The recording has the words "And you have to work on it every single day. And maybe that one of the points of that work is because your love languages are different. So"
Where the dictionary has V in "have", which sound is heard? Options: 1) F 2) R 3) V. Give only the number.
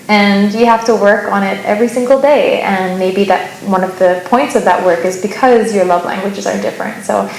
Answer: 1